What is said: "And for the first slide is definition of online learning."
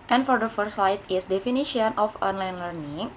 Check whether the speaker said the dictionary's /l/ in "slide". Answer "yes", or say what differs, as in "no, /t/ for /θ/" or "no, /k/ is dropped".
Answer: no, /l/ is dropped